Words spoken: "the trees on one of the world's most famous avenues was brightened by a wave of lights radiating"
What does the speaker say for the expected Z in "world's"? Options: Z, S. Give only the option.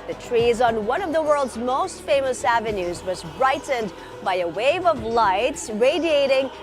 Z